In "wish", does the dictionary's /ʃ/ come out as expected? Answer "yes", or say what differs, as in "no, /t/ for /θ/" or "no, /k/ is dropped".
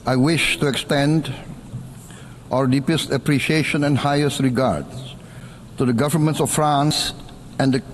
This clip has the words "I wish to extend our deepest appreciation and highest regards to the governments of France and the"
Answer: yes